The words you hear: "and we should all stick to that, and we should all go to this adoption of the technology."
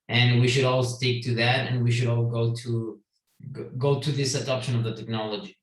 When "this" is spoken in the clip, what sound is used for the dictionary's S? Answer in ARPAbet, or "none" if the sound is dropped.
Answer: S